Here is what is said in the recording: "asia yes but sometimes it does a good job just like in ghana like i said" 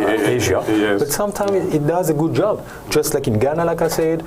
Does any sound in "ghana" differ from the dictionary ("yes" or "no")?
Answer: no